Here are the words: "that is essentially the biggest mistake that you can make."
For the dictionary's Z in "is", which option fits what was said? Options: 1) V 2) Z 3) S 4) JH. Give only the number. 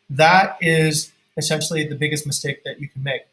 2